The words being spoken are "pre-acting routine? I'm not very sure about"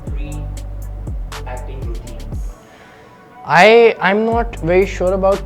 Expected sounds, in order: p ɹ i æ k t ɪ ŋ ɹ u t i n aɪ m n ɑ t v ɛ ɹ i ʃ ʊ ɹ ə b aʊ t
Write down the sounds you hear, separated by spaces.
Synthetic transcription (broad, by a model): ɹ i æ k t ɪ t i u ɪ aɪ m n ɑ t v ɛ ɹ i ʃ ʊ ɹ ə b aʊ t